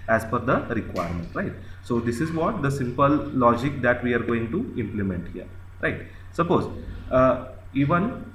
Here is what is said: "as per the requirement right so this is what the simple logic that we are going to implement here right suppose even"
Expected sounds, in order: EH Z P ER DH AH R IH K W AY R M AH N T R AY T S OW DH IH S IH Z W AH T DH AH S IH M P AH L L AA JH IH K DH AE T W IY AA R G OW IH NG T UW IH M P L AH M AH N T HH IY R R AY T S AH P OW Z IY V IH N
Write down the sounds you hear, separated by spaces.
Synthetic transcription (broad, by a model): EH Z F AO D AH R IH K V AY R M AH N T R AY T S OW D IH S IH Z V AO T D AH S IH M P AH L L AA JH IH K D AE T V IY AA R G OW IH NG T UW IH M P L AH M AH N T HH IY R R AY T S AH P OW Z IY V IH N